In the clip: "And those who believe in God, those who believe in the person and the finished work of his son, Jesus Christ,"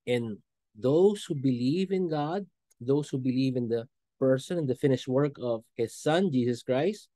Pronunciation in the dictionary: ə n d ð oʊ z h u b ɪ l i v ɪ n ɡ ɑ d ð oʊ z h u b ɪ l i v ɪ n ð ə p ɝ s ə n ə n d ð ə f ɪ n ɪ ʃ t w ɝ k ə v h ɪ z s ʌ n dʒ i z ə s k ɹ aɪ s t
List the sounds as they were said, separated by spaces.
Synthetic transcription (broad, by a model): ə n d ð oʊ s h u b ɪ l i v ɪ n ɡ ɑ d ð oʊ s h u b ɪ l i v ɪ n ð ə p ɝ s ə n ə n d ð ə f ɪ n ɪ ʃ t w ɝ k ə v h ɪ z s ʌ n dʒ i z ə s k ɹ aɪ s t